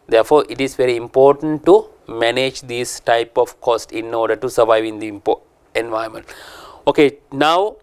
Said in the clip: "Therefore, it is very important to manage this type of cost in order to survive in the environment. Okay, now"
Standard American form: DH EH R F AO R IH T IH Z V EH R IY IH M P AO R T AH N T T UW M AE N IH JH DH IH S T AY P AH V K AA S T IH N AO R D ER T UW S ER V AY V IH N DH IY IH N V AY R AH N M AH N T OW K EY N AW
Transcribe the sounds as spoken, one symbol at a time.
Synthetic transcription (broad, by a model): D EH R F AO R IH T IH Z V EH R IY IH M P AO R T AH N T T UW M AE N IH JH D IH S T AY P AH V K AA S T IH N AO R D ER T UW S ER V AY V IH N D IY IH N V AY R M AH N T OW K EY N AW